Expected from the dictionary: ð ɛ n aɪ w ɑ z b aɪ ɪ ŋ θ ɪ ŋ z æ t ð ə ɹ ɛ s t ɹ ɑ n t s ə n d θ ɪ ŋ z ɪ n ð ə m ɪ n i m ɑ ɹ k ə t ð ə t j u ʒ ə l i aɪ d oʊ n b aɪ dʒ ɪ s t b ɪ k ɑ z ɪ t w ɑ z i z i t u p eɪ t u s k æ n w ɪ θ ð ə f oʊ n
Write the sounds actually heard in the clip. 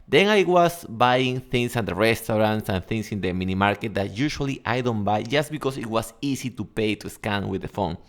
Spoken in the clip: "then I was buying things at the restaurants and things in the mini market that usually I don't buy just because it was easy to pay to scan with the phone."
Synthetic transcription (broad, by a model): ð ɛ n aɪ w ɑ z b aɪ ɪ ŋ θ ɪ ŋ s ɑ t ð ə ɹ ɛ s t ɹ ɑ n t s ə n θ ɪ ŋ s ɪ n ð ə m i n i m ɑ ɹ k ə t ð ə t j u ʃ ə l i aɪ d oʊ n b aɪ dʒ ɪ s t b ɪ k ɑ s ɪ t w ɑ s i s i t u p eɪ t u s k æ n w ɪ ð ə f oʊ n